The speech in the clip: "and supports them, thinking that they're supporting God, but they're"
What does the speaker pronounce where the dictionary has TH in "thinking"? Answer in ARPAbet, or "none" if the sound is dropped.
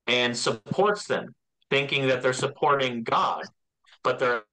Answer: TH